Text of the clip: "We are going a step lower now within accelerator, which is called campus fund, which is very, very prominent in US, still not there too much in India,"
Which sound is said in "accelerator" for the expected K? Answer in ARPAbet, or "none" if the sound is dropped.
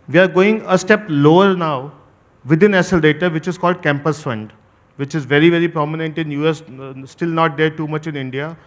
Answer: none